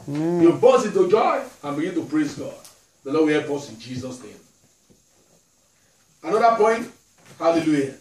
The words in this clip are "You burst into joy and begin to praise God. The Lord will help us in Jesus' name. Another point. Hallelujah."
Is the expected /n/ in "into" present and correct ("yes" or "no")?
no